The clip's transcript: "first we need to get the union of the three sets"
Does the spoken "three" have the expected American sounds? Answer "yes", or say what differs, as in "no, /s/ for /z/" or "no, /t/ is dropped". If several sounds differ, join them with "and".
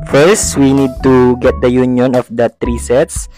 no, /t/ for /θ/